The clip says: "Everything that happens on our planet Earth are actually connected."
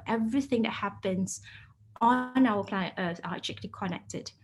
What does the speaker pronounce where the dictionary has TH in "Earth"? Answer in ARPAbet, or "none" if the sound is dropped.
S